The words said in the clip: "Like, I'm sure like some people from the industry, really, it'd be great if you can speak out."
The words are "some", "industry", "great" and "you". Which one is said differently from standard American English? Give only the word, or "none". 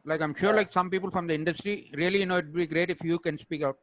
none